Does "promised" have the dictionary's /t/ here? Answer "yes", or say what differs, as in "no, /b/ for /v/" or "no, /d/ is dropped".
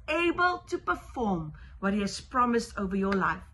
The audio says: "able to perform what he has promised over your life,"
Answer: yes